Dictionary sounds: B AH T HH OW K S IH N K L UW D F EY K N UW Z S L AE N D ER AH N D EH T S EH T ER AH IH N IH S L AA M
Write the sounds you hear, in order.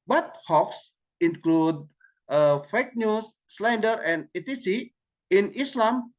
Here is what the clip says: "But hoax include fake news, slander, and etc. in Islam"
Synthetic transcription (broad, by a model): B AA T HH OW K S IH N K L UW D F EY K N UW S L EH N D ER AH N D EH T IY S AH IH N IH S L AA M